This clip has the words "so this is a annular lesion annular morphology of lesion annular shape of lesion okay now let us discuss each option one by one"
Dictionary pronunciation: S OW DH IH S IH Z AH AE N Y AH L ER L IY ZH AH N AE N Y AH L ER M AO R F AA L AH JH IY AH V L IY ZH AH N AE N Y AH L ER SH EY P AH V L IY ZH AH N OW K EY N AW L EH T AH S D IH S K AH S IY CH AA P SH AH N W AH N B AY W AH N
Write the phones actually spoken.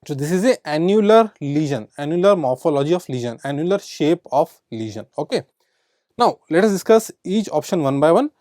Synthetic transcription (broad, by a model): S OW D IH S IH Z AH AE N Y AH L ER L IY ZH AH N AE N Y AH L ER M AO R F AA L AH JH IY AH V L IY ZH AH N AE N Y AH L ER SH EY P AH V L IY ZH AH N OW K EY N AW L EH T AH S D IH S K AH S IY CH AA P SH AH N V AH N B AY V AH N